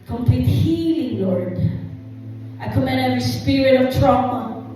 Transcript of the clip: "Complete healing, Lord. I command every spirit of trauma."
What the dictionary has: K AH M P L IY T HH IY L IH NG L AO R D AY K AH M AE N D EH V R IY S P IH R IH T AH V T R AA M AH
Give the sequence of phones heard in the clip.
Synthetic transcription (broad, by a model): K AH M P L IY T HH IY L IH NG L AO R D AY K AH M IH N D EH V R IY S P IH R IH T AH V T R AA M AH